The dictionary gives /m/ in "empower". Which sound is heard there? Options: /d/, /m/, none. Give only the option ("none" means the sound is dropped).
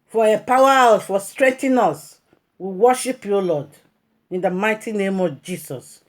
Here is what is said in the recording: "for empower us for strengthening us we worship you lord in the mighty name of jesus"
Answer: none